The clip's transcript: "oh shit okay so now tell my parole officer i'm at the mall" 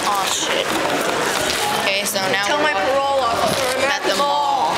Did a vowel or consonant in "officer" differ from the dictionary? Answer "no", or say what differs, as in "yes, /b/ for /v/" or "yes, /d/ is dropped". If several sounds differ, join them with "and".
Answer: yes, /f/ is dropped and /s/ is dropped